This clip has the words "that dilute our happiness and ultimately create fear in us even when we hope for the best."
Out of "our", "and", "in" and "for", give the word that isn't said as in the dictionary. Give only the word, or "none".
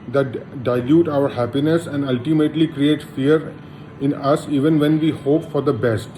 none